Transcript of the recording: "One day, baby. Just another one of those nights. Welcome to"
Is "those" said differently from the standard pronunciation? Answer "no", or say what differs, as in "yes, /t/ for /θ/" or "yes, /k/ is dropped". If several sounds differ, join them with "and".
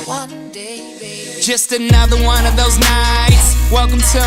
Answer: no